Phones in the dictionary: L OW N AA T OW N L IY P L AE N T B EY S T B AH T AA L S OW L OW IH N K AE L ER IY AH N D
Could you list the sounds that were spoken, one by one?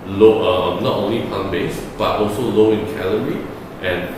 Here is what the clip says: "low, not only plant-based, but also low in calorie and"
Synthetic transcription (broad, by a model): L OW N AA T OW N L IY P AA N B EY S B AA T AA L S OW L OW IH N K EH L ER IY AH N